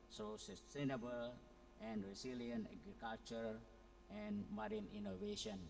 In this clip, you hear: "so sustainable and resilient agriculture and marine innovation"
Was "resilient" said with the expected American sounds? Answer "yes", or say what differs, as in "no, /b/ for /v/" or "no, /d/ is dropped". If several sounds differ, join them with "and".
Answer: no, /t/ is dropped